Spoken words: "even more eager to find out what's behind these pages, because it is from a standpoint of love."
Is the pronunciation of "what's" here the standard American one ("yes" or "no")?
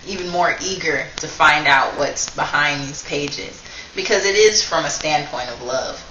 yes